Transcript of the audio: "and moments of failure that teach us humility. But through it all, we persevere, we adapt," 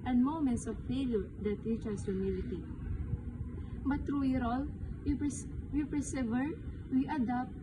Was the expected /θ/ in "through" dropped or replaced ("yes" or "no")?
yes